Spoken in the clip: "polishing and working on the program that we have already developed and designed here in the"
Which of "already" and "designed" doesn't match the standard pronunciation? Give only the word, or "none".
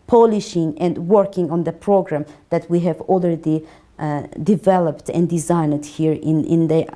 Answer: already